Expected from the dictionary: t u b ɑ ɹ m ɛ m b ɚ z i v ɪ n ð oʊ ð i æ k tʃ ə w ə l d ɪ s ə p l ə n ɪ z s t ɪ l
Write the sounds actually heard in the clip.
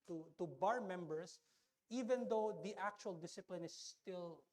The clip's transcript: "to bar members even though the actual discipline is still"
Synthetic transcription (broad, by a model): t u b ɑ ɹ m ɛ m b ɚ s i v ɪ n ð oʊ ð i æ k tʃ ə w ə l d ɪ s ə p l ə n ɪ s t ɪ l